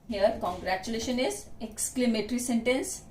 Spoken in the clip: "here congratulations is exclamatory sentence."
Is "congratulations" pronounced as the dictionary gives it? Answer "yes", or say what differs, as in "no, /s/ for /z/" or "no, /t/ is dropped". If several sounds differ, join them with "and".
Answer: no, /z/ is dropped